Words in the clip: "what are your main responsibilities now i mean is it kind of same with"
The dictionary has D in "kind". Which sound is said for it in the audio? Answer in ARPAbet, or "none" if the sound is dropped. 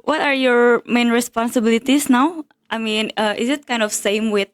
D